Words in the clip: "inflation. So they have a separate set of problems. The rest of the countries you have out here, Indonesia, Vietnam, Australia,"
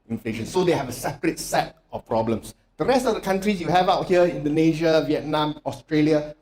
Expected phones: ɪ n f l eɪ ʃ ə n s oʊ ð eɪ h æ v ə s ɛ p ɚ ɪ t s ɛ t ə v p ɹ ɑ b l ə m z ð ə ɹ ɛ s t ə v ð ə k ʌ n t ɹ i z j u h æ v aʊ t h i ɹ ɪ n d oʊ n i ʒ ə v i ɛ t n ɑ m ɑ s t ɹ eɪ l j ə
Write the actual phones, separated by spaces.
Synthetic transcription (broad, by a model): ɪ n f l eɪ ʃ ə n s oʊ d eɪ h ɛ v ə s ɛ p ɚ ɪ t s ɛ t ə f p ɹ ɑ b l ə m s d ə ɹ ɛ s t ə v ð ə k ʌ n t ɹ i s j u h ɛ v aʊ t h i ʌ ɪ n d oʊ n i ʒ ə v i ɛ t n ɑ m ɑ s t ɹ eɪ l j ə